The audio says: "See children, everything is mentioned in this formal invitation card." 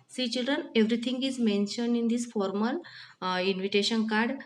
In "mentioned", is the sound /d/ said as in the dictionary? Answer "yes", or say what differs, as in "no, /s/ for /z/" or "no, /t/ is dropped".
yes